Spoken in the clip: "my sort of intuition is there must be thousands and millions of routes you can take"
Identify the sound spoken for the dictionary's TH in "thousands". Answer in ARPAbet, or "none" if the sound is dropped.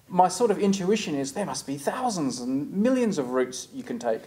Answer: TH